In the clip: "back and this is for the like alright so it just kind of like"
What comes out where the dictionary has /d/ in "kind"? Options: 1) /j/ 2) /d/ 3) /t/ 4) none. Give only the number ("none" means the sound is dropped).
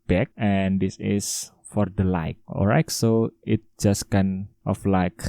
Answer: 4